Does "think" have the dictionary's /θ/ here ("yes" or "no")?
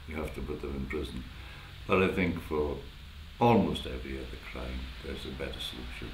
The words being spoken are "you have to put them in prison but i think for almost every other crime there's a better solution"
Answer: yes